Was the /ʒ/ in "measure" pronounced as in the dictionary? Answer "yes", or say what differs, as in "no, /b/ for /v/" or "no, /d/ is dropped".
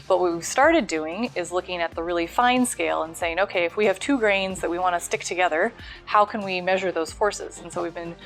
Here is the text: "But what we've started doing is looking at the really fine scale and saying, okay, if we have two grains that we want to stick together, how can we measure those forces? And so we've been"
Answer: yes